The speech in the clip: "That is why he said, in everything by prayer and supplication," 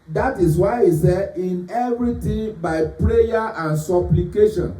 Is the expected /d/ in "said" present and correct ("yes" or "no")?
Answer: no